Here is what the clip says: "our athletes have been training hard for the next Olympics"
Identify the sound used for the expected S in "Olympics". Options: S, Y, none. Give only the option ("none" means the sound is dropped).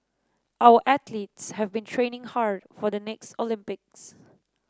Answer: S